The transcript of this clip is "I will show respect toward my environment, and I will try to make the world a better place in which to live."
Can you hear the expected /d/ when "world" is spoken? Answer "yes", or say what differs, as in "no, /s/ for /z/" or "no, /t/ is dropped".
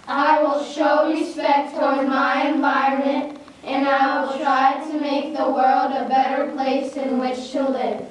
yes